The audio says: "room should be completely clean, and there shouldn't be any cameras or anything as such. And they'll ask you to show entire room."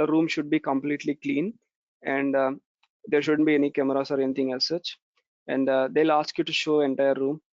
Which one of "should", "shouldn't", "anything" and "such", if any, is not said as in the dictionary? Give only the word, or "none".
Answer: anything